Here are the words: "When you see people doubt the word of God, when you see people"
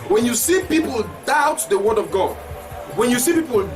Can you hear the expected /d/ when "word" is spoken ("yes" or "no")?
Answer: yes